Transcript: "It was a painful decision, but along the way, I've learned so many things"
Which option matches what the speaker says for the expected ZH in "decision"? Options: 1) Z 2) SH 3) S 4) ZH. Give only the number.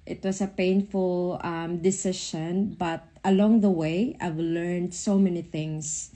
2